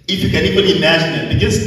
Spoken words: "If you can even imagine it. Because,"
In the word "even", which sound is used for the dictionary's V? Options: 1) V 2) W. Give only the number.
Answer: 2